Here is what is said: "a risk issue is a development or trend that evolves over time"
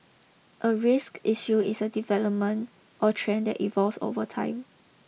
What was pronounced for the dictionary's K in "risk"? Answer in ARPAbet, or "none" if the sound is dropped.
K